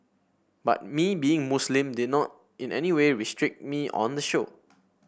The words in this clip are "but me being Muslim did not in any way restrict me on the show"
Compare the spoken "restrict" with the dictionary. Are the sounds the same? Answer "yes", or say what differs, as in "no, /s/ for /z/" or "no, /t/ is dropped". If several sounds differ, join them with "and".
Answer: yes